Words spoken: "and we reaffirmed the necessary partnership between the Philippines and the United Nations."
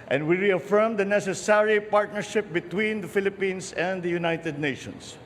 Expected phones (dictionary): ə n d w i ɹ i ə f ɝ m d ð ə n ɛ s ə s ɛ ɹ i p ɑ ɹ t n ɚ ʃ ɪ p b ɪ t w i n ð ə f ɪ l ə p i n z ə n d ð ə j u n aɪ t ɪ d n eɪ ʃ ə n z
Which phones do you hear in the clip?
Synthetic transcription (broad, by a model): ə n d w i ɹ i ə f ɝ m d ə n ɛ s ə s ɛ ɹ i p ɑ ɹ t n ɚ ʃ ɪ p b ɪ t w i n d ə f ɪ l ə p i n s ə n d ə j u n aɪ t ɪ d n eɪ ʃ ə n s